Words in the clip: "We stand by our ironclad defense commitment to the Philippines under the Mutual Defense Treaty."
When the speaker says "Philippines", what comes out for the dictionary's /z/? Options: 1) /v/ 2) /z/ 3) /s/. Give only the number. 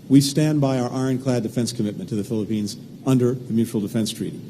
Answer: 2